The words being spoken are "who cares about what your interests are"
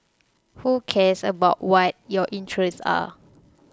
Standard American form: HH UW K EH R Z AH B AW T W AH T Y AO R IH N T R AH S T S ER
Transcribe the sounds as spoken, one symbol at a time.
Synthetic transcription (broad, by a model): HH UW K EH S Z AH B AW T W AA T Y AO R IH N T R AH S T AA